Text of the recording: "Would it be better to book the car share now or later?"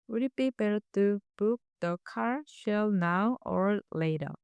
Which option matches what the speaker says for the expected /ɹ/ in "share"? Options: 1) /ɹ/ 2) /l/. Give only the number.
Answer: 2